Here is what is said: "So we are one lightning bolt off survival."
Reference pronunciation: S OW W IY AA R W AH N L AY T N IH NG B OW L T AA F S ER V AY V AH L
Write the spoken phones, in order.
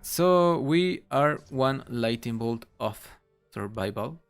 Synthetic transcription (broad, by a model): S OW W IY AA R W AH N L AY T IH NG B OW L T AA F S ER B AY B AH L